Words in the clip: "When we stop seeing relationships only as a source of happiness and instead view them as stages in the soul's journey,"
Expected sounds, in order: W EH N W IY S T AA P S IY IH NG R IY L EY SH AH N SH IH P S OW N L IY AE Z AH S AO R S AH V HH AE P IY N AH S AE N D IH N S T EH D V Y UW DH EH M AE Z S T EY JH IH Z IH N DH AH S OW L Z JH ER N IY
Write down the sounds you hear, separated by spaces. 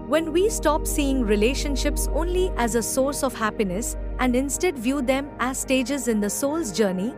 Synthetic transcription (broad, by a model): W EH N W IY S T AA P S IY IH NG R IY L EY SH AH N SH IH P S OW N L IY AE Z AH S AO R S AH V HH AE P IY N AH S AE N D IH N S T EH D V Y UW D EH M AE Z S T EY JH IH Z IH N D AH S OW L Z JH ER N IY